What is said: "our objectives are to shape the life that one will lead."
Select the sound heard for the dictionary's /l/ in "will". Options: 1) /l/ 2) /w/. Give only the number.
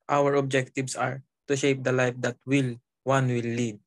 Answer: 2